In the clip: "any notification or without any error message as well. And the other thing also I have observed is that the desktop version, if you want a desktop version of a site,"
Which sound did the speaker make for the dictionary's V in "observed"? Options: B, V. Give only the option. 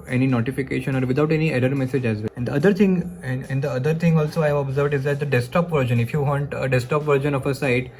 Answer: V